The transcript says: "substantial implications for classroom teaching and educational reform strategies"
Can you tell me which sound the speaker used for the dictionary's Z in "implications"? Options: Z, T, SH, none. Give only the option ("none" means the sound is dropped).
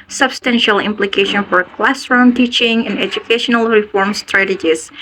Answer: none